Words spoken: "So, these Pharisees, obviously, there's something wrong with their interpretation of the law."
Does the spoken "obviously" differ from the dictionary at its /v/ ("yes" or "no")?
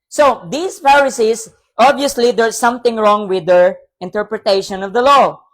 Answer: yes